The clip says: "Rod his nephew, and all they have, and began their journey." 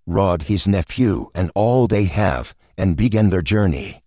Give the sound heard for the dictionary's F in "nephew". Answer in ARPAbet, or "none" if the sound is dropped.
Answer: F